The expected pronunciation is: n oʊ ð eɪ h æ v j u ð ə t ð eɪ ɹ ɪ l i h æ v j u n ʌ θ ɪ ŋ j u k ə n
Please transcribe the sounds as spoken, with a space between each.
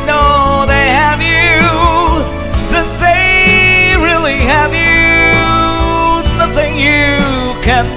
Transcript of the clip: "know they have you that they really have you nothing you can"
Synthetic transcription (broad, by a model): n oʊ ð eɪ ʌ v j u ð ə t ð eɪ ɹ ɪ l i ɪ v j u n ʌ θ ɪ ŋ j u k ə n